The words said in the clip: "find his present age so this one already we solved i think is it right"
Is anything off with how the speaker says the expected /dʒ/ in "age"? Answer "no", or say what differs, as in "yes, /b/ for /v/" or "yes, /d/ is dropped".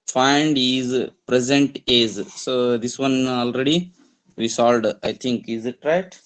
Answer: yes, /z/ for /dʒ/